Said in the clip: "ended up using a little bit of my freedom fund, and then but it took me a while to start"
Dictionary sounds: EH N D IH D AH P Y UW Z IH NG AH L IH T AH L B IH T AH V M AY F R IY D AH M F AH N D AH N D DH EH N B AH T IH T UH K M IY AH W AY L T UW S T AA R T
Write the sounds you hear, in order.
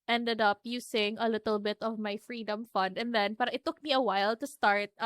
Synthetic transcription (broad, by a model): EH N D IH D AH P Y UW S IH NG AH L IH T AH L B IH T AH V M AY F R IY D AH M F AH N D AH N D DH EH N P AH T IH T UH K M IY AH W AY L T UW S T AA R T